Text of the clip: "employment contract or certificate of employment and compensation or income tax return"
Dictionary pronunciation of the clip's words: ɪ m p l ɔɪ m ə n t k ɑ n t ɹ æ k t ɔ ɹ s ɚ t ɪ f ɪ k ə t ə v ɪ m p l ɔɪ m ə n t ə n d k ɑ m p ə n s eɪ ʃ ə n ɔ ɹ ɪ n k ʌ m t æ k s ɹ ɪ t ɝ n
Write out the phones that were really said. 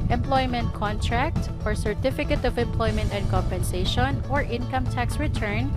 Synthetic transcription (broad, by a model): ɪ m p l ɔɪ m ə n t k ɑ n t ɹ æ k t ɔ ɹ s ɚ t ɪ f ɪ k ə t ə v ɪ m p l ɔɪ m ə n t ə n d k ɑ m p ə n s eɪ ʃ ə n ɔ ɹ ɪ n k ʌ m t æ k s ɹ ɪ t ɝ n